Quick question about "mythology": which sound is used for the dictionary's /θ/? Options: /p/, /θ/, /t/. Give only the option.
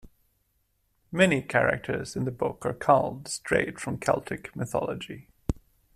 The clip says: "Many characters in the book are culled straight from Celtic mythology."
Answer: /θ/